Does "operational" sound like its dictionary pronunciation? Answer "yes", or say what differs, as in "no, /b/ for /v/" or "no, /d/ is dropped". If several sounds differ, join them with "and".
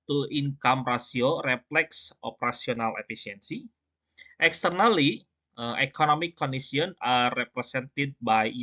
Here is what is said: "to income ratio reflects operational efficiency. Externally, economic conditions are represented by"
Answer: no, /s/ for /ʃ/